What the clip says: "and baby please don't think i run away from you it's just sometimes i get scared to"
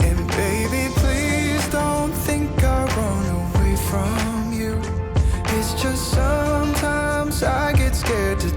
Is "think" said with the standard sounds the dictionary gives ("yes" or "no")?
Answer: yes